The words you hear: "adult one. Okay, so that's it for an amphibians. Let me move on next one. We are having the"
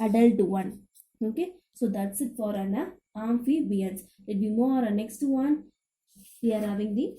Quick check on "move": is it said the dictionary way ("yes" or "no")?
no